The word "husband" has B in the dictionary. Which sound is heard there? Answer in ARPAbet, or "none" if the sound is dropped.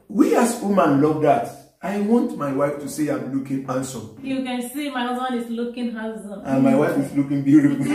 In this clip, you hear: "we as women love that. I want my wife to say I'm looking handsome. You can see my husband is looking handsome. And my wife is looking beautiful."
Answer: none